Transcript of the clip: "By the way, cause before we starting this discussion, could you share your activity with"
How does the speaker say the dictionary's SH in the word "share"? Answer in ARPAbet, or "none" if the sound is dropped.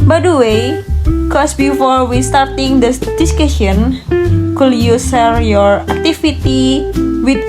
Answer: S